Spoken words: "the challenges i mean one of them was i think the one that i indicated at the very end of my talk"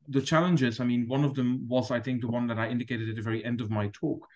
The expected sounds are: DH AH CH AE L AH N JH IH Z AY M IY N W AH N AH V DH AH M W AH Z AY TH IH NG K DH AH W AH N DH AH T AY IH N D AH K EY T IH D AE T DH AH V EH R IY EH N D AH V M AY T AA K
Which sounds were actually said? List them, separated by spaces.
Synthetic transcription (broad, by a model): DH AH CH AE L AH N JH IH Z AY M IY N W AH N AH V DH AH M W AH Z AY TH IH NG K DH AH W AH N DH AH T AY IH N D AH K EY T IH D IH T DH AH V EH R IY EH N D AH V M AY T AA K